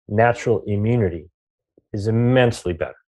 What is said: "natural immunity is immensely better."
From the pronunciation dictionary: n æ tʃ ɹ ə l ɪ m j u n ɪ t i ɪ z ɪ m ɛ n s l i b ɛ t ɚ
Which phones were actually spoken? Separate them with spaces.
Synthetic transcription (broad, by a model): n æ tʃ ɹ l ɪ m j u n ɪ t i ɪ z ɪ m ɛ n s l i b ɛ t ɚ